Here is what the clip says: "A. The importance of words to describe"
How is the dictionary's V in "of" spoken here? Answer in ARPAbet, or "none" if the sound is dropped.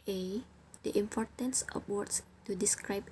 P